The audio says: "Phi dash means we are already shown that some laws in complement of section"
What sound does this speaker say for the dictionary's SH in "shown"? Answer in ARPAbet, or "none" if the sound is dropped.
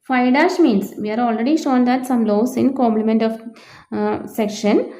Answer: SH